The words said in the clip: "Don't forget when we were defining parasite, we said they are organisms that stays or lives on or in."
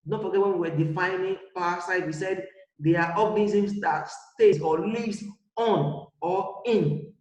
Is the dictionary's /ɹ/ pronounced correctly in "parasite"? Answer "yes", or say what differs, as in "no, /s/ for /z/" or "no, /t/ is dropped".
no, /w/ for /ɹ/